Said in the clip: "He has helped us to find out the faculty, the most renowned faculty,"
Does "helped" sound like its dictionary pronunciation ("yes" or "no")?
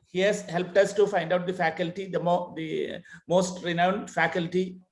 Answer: yes